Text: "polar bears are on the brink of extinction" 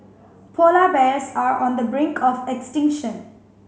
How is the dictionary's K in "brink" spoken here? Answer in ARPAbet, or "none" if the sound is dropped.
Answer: K